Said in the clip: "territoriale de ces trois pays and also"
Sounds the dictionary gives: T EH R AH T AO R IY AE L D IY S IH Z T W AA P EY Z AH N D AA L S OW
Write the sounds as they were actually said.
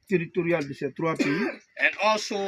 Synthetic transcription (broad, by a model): T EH R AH T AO R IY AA L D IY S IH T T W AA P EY AH N D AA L S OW